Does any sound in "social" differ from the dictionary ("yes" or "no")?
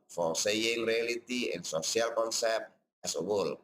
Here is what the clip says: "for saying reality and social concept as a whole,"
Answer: yes